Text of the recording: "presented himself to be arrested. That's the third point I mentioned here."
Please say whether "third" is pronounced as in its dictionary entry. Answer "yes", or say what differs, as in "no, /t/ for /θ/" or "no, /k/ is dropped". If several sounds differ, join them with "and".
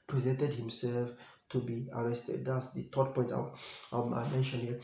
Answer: no, /t/ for /θ/